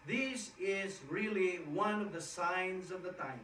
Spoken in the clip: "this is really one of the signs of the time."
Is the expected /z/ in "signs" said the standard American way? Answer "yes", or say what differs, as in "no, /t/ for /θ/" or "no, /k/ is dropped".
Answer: yes